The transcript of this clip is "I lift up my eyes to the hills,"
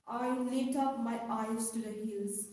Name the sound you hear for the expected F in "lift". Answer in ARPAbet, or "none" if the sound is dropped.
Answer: none